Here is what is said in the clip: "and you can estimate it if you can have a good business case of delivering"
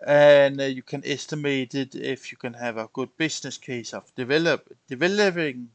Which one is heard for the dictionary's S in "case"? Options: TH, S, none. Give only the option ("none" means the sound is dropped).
S